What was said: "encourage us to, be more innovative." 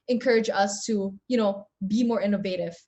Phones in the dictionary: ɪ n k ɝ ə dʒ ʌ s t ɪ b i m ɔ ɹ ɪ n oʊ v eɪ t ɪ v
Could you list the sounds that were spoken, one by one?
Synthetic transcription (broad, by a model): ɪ n k ɝ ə dʒ ʌ s t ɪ b i m ɔ ɹ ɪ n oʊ v eɪ t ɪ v